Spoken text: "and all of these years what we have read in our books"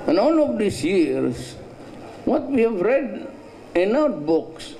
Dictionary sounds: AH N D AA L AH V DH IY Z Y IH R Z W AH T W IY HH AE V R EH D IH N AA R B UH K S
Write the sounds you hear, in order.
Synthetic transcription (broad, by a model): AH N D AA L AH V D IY S Y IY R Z W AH T W IY HH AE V R EH D IH N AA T B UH K S